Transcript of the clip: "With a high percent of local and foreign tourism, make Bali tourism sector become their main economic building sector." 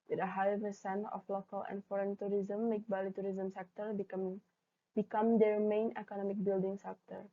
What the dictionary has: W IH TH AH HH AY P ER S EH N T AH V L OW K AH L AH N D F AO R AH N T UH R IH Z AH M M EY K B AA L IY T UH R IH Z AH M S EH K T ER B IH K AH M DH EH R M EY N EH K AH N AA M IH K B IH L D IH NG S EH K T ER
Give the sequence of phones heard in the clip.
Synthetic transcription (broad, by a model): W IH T AH HH AY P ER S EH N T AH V L OW K AH L AH N D F AO R AH N T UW R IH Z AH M M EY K B AA L IY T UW R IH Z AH M S EH K T ER B IH K AH M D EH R M EY N EH K AH N AA M IH K B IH L D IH NG S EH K T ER